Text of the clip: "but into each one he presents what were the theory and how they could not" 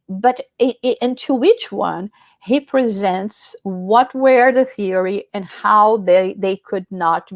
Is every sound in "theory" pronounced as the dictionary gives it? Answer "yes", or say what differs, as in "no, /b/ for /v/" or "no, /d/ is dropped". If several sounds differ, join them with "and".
yes